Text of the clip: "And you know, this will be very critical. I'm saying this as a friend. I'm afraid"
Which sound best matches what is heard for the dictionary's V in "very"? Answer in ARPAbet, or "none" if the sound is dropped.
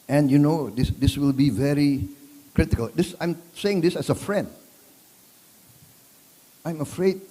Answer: V